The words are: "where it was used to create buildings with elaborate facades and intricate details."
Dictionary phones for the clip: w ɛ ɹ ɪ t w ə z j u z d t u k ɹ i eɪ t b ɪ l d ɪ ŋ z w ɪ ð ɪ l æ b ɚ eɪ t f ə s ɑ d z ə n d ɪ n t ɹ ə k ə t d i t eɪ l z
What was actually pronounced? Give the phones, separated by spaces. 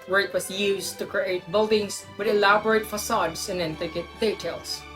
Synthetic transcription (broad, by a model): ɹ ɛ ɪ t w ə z j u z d t u k ɹ i eɪ t b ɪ l d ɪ ŋ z w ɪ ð ɪ l æ b ɚ eɪ t f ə s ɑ d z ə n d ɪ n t ə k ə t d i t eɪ l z